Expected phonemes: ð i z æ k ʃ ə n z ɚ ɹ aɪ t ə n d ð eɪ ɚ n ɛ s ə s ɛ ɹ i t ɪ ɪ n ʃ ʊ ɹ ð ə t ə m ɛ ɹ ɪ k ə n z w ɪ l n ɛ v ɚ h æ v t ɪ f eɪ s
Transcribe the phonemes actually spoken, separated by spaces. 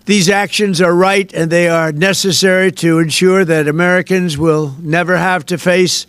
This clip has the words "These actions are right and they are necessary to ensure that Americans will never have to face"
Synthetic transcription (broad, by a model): ð i z æ k ʃ ə n z ɚ ɹ aɪ t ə n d ð eɪ ɚ n ɛ s ə s ɛ ɹ i t ɪ ɪ n ʃ ʊ ɹ ð ə t ə m ɛ ɹ ɪ k ə n z w ɪ l n ɛ v ɚ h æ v t ɪ f eɪ s